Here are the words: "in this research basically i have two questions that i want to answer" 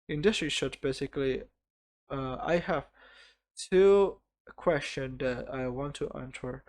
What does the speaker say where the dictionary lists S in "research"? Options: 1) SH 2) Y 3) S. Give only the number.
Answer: 1